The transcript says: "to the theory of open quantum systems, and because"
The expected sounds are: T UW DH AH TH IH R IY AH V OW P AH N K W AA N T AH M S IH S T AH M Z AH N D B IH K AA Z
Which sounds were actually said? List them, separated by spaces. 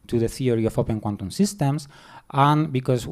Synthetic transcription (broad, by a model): T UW DH AH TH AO R IY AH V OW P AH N K W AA N T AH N S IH S T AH M S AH N B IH K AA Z